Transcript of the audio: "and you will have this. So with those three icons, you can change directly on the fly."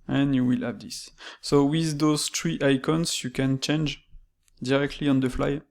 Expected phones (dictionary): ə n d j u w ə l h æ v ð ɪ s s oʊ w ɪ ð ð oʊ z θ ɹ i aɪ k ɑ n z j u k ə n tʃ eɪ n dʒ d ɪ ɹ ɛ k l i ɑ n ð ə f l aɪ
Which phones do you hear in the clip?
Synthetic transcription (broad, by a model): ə n j u w ə l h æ v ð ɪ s s oʊ w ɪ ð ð oʊ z t ɹ i aɪ k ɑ n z j u k ə n tʃ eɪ n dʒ d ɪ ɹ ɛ k l i ɑ n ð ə f l aɪ